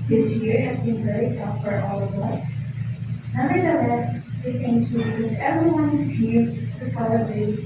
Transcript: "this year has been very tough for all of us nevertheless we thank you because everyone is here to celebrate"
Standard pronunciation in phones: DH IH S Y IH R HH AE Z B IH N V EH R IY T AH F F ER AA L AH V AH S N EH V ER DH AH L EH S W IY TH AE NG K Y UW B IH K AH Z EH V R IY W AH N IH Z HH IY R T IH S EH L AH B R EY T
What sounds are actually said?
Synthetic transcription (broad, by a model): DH IH S Y IH R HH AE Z B IH N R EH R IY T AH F F ER AA L AH V AH S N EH ER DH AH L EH S W IY TH AE NG K Y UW B IH K AH Z EH V R IY W AH N IH Z HH IY R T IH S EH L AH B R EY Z